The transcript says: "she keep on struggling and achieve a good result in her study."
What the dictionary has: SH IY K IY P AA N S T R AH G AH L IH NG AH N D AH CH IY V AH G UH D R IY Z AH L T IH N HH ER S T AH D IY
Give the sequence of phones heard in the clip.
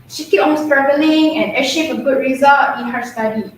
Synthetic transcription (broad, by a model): SH IY K IY P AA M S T R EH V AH L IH NG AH N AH SH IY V AH G UH D R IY Z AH L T IH N HH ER S T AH D IY